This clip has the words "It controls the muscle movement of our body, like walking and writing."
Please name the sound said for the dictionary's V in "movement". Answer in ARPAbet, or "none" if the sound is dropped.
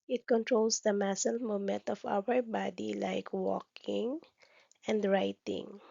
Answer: none